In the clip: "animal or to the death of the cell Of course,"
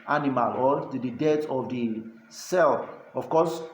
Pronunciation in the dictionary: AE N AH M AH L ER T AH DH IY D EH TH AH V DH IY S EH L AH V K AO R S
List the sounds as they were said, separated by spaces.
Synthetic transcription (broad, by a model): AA N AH M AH L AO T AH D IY D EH T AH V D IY S EH L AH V K AO S